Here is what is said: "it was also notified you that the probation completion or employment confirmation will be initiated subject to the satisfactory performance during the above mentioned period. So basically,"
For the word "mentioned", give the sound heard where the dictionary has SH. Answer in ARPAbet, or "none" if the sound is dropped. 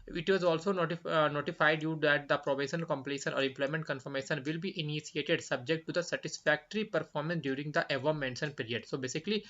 S